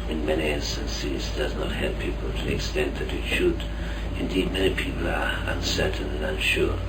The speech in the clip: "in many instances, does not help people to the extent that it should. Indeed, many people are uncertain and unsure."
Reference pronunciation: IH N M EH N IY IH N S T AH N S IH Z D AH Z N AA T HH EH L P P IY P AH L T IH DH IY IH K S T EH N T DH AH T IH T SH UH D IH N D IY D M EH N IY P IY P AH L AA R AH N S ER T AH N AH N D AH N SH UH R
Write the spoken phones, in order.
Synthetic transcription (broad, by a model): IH N M EH N IY IH N S T AH N S IH Z D AH Z N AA T HH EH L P P IY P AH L T IH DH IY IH K S T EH N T DH AH T IH T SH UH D IH N D IY D M EH N IY P IY P AH L AA R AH N S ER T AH N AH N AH N SH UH R